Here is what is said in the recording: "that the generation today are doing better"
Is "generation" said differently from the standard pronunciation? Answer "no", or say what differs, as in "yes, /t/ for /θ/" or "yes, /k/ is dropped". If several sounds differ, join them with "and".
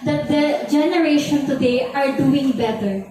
no